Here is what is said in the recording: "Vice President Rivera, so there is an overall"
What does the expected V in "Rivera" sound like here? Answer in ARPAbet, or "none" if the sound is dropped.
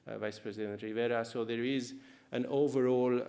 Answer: V